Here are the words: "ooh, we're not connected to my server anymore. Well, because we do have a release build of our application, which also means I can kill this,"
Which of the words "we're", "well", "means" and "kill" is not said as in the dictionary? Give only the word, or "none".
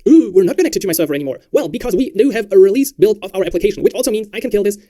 none